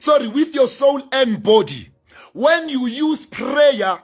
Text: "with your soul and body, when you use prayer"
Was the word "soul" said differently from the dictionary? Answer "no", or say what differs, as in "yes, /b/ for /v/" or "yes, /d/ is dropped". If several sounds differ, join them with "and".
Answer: yes, /n/ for /l/